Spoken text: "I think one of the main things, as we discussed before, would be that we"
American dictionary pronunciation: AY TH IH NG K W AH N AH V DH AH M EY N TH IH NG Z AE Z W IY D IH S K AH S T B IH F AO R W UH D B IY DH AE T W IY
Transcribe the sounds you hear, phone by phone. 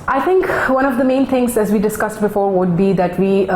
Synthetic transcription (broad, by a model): AY T IH NG K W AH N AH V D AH M EY N T IH NG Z AE Z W IY D IH S K AH S T B IH F AO R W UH D B IY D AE T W IY